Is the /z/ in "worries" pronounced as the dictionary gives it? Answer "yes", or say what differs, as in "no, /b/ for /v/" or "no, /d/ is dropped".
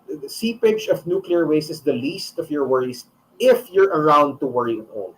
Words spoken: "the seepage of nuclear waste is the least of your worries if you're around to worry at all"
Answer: no, /s/ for /z/